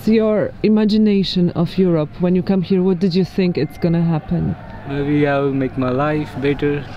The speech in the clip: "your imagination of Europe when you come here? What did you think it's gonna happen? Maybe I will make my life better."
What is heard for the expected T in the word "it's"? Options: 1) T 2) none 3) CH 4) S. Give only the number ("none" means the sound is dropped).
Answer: 1